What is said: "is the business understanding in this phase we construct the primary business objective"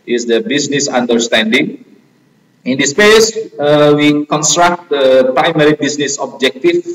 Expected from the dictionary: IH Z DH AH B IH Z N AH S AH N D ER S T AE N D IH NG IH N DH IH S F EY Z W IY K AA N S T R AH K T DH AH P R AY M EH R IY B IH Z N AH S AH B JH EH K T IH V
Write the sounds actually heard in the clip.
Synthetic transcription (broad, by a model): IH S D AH B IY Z N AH S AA N D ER S T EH N D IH NG IH N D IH S P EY S W IY K AA N S T R AH K T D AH P R AY M EH R IY B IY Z N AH S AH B JH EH K T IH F